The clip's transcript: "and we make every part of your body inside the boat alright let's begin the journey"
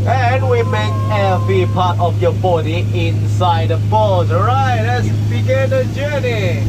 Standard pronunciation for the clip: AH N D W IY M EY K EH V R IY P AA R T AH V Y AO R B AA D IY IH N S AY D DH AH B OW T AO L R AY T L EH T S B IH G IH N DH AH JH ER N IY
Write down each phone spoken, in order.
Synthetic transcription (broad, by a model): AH N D W IY M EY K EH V IY P AA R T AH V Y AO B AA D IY IH N S AY D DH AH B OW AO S R AY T L EH T S B IH G IH N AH JH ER N IY